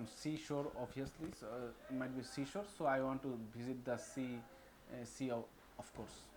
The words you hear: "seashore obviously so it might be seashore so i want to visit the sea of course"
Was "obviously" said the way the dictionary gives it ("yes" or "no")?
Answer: no